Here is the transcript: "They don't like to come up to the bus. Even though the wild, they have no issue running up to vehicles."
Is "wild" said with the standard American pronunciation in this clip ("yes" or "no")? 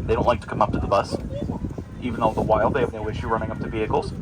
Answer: yes